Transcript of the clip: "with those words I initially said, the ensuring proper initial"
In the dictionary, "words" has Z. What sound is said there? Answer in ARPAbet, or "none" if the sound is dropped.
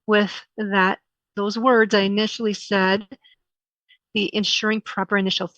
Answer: Z